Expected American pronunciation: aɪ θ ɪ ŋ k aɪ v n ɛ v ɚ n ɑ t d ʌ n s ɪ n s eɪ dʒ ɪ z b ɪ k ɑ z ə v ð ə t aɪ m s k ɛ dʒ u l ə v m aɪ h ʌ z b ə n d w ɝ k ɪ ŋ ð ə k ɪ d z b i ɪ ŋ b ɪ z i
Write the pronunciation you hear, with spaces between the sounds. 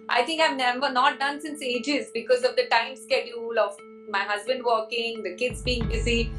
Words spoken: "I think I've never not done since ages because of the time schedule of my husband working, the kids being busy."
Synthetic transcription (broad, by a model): aɪ t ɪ ŋ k aɪ v n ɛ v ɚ n ɑ t d ʌ n s ɪ n s eɪ dʒ ɪ z b ɪ k ɑ z ə v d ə t aɪ m s k ɛ dʒ u l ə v m aɪ h ʌ z b ə n d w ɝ k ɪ ŋ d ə k ɪ d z b i ɪ ŋ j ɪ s i